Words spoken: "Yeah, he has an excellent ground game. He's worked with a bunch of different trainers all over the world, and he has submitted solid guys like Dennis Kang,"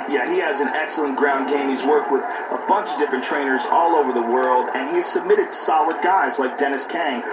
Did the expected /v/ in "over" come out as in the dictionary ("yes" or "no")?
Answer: yes